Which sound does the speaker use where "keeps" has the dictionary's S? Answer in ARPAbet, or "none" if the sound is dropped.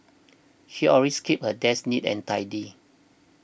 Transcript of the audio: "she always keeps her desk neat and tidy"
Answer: none